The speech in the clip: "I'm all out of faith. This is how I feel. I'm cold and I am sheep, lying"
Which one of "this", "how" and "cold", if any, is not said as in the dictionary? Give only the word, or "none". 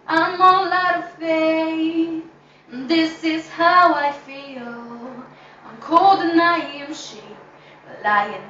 none